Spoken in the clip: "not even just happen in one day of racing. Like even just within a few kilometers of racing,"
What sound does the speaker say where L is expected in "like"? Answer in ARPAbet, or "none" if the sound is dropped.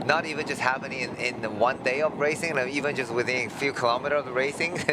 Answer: N